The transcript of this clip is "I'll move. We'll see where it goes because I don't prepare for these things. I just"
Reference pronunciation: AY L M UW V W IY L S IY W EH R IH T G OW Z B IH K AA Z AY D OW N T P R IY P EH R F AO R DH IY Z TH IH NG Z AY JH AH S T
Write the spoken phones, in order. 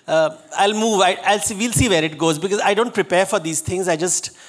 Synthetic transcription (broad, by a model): AY L M UW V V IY L S IY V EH R IH T G OW Z B IH K AA Z AY D OW N T P R IY P EH R F AO R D IY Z T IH NG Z AY JH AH S T